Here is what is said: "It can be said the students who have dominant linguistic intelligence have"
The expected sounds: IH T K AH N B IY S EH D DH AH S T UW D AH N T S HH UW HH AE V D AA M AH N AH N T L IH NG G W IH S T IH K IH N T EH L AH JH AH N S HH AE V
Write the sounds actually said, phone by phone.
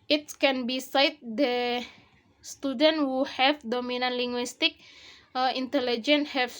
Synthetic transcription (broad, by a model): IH T K AH N B IY S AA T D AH S T UW D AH N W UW HH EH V D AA M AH N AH N L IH NG G W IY S T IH K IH N T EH L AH JH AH N HH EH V